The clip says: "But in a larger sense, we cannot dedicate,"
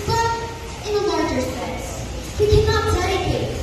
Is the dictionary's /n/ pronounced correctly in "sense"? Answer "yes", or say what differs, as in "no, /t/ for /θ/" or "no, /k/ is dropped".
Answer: no, /n/ is dropped